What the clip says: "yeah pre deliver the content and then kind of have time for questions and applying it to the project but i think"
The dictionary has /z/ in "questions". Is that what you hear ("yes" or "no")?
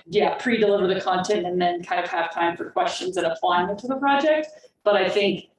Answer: yes